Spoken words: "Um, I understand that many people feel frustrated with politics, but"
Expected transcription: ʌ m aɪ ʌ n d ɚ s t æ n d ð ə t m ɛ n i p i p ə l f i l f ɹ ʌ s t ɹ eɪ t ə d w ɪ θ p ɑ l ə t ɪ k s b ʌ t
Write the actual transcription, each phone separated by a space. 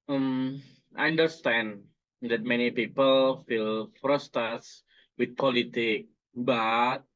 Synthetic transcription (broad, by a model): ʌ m aɪ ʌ n d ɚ s t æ n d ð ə t m ɛ n i p i p ə l f i l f ɹ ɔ s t t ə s w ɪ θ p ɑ l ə t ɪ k b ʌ t